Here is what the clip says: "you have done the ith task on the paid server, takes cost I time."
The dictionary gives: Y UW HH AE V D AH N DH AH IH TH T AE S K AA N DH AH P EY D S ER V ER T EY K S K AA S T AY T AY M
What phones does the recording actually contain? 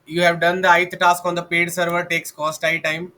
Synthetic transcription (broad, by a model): Y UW HH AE V D AH N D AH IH T T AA S K AA N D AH P EY D S ER V ER T EY K S K AA S T AY T AY M